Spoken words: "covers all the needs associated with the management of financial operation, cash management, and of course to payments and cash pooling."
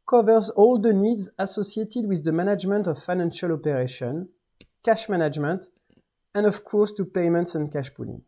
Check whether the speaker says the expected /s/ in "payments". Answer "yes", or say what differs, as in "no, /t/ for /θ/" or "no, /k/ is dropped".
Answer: yes